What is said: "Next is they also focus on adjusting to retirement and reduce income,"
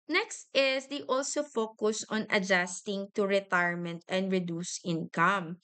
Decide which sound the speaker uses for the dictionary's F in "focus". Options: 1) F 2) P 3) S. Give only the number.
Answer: 1